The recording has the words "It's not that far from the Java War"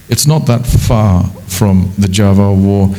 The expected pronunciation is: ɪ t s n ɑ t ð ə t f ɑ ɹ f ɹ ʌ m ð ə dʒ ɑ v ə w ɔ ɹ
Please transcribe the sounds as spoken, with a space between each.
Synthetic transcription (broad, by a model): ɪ t s n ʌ t ð ə t f ɑ ɹ f ɹ ʌ m ð ə dʒ ɑ v ə w ɔ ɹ